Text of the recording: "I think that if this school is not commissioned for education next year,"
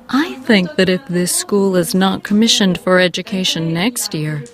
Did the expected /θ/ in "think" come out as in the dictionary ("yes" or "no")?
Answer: yes